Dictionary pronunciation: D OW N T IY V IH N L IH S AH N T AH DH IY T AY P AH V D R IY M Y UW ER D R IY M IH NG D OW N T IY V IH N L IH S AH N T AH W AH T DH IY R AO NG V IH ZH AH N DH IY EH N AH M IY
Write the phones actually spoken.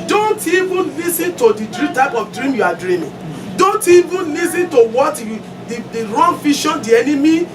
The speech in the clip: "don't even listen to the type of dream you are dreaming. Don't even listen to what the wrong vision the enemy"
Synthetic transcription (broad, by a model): D OW N T IY V IH N L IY S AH N T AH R IY T AY P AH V D R IY M Y UW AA D R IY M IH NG D OW N T IY V IH N L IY S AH N T AH W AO T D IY R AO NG F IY SH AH N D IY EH N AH M IY